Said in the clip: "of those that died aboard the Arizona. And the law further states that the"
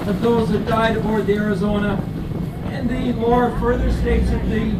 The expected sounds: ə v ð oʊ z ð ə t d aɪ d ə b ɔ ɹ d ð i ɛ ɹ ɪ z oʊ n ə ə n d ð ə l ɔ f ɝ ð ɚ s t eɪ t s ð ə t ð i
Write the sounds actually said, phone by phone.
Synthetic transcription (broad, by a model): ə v ð oʊ z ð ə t d aɪ d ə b ɔ ɹ d ð i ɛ ɹ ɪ z oʊ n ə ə n ð ə w ɔ f ɝ ð ɚ s t eɪ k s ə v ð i